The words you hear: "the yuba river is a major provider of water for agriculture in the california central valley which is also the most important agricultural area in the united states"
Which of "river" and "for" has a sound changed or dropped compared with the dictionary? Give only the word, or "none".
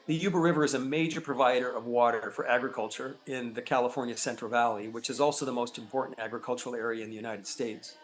none